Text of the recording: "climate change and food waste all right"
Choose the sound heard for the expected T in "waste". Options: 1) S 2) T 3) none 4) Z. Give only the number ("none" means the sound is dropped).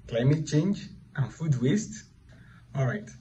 2